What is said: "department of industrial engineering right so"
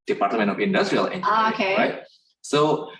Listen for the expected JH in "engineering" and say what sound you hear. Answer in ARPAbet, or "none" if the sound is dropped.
none